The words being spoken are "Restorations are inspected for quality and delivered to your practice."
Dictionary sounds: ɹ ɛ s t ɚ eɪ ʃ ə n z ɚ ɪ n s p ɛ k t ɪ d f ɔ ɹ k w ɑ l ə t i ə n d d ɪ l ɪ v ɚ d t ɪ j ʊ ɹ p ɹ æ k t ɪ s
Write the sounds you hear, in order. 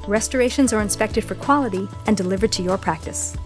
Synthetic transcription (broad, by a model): ɹ ɛ s t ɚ eɪ ʃ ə n z ɚ ɪ n s p ɛ k t ɪ d f ɔ ɹ k w ɑ l ə t i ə n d d ɪ l ɪ v ɚ d t ɪ j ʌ ɹ p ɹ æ k t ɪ s